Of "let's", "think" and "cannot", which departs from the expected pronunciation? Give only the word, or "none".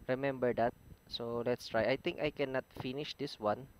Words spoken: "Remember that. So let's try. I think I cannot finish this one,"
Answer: think